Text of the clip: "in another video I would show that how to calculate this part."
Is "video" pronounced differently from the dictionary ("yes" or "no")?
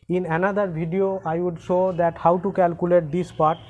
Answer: yes